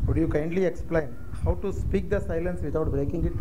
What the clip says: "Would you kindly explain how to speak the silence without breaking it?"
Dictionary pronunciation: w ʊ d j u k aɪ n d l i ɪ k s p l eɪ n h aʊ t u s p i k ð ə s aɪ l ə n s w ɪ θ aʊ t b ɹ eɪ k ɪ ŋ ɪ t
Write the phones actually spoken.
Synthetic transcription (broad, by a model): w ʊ d j u k aɪ n d l i ɪ k s p l eɪ n h aʊ t u s p i k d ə s aɪ l ə n s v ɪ t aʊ t b ɹ eɪ k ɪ ŋ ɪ t